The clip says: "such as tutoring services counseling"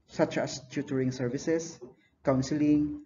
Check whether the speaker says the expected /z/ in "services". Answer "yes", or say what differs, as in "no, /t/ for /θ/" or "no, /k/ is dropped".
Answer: no, /s/ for /z/